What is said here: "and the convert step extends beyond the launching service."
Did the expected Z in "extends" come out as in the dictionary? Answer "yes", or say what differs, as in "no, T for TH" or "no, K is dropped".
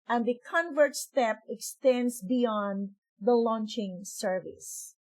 no, S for Z